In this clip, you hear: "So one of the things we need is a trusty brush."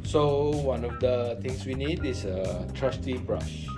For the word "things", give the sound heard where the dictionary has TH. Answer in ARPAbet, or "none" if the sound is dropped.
T